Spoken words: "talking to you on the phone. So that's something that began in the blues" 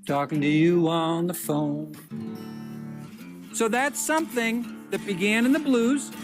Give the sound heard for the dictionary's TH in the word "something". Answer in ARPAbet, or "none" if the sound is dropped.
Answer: TH